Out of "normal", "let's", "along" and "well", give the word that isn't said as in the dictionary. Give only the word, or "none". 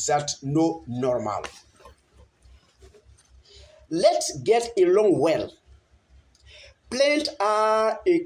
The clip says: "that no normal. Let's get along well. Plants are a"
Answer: none